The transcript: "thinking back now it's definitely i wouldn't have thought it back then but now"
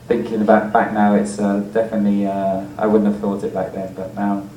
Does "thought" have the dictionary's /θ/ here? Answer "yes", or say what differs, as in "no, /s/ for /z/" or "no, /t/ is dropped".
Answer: yes